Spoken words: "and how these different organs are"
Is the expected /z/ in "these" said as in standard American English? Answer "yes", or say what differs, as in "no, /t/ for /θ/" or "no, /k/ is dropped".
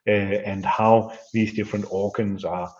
yes